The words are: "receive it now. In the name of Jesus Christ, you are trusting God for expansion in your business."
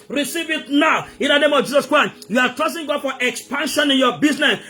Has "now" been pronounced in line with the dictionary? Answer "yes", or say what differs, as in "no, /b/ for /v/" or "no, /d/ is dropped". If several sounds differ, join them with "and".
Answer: yes